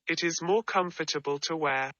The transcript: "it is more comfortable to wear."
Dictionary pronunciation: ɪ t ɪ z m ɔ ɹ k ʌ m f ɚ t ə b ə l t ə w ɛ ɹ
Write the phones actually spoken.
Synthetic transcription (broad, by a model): ɪ t ɪ z m ɔ k ʌ m f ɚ t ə b ə l t ə w ɛ